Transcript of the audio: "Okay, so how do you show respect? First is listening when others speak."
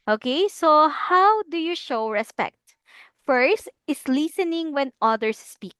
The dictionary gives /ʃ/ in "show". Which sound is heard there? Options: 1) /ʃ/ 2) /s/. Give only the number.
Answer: 1